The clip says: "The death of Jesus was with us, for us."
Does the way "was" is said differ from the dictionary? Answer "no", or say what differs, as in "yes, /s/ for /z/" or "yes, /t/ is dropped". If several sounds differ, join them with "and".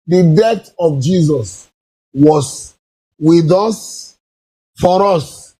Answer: yes, /s/ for /z/